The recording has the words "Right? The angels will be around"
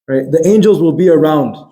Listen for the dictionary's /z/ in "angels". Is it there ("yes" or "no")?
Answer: yes